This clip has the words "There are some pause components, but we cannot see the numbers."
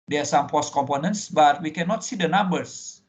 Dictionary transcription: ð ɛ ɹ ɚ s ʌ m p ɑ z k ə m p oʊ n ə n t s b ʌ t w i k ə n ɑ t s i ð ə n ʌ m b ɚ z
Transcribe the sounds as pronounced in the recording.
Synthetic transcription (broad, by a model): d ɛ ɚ s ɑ m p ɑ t k ə m p oʊ n ə n t s b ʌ t w i k ə n ɑ t s i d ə n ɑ m b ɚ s